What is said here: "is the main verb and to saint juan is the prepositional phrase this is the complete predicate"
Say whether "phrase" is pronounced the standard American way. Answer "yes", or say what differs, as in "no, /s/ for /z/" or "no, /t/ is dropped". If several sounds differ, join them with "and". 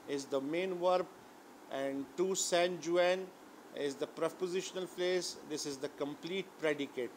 no, /l/ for /ɹ/